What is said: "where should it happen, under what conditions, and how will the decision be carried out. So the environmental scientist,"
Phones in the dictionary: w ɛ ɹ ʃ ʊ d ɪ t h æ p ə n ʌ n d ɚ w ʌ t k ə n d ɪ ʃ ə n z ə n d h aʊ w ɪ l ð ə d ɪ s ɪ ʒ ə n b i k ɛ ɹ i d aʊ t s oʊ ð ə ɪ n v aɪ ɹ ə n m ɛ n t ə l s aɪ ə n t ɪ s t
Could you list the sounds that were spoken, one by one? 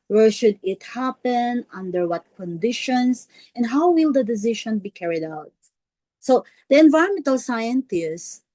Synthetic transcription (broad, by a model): w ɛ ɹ ʃ ʊ d ɪ t h æ p ə n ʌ n d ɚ w ʌ t k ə n d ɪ ʃ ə n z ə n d h aʊ w ɪ l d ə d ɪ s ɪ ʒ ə n b i k ɛ ɹ i d aʊ t s oʊ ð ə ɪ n v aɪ ə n m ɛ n t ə l s aɪ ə n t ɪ s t